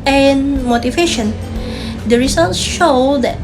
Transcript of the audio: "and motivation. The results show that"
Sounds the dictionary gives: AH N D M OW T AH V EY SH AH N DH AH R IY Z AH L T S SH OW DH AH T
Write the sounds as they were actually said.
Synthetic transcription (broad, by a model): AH N M OW T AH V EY SH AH N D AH R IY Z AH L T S SH OW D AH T